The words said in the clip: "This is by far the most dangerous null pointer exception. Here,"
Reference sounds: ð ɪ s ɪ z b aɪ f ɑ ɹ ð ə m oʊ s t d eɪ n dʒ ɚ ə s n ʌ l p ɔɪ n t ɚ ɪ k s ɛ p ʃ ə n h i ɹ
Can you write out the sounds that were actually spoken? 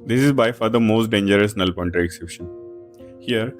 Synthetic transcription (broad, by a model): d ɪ s ɪ z b aɪ f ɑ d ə m oʊ s t d eɪ n dʒ ɚ ə s n ʌ l p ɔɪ n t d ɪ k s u ʃ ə n h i ɹ